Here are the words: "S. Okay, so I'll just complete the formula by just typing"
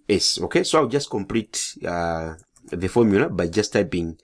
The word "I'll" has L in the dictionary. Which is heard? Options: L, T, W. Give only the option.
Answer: W